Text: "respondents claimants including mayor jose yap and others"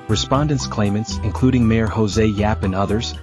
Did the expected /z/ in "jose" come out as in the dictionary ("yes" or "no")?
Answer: yes